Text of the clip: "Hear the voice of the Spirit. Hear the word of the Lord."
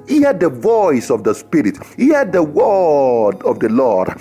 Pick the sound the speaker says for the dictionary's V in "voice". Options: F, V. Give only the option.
V